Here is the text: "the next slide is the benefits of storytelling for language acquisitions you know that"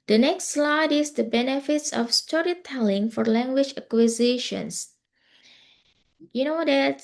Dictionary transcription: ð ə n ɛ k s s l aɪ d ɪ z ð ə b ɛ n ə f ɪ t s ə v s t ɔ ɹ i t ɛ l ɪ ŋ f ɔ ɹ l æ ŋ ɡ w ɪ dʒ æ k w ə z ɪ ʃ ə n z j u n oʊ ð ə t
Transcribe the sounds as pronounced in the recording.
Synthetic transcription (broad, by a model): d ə n ɛ k s s l aɪ d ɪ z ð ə b ɛ n ə f ɪ t s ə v s t ɔ ɹ i t ɛ l ɪ ŋ f ɔ ɹ l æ ŋ ɡ w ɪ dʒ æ k w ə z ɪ ʃ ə n s j u n oʊ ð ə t